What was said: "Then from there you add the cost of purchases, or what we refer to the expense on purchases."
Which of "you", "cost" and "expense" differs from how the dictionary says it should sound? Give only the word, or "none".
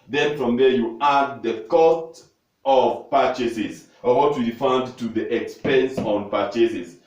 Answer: none